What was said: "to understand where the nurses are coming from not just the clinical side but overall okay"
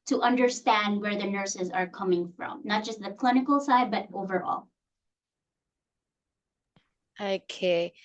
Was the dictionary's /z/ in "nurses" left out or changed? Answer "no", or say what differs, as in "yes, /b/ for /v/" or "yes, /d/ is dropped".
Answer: no